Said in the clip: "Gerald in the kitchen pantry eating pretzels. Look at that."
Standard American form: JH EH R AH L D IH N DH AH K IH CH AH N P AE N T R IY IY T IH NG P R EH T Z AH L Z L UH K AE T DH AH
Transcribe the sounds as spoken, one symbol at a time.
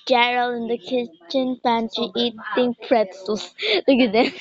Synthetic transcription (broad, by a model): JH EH R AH L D IH N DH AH K IH CH AH N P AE N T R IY IY T IH NG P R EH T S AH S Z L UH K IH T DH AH